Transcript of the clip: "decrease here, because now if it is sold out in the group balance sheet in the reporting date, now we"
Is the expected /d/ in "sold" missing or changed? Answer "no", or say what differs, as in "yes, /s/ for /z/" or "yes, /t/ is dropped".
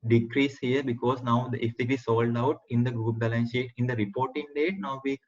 no